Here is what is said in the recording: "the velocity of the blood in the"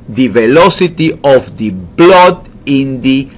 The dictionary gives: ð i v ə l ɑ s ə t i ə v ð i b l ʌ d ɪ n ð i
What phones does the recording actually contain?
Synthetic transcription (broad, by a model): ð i v ə l ɑ s ə t i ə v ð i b l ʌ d ɪ n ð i